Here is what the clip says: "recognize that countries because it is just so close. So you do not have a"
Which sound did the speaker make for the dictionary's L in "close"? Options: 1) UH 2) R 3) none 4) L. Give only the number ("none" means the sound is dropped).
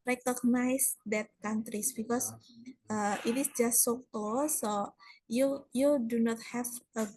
3